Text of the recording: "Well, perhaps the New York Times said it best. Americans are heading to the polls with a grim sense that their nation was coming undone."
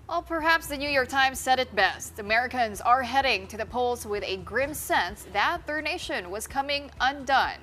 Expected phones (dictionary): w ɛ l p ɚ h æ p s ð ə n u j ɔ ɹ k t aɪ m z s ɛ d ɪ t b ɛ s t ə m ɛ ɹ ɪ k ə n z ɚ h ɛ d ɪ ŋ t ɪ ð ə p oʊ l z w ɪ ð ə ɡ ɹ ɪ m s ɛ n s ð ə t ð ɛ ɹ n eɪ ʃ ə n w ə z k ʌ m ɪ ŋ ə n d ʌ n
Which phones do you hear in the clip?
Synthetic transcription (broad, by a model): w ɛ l p ɚ h æ p s ð ə n u j ɔ ɹ k t aɪ m z s ɛ d ɪ t b ɛ s t ə m ɛ ɹ ɪ k ə n z ɚ h ɛ d ɪ ŋ t ɪ ð ə p oʊ l z w ɪ ð ə ɡ ɹ ɪ m s ɛ n s ð ə t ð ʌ ɹ n eɪ ʃ ə n w ə z k ʌ m ɪ ŋ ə n d ʌ n